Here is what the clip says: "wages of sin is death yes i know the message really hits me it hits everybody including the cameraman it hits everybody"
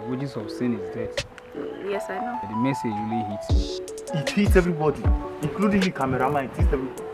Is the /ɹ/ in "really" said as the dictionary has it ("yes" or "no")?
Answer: no